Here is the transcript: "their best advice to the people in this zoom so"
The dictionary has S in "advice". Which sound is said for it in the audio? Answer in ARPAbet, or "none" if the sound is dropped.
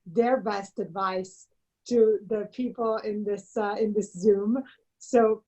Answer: S